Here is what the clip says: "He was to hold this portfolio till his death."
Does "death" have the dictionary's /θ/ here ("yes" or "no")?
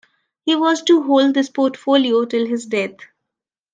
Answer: no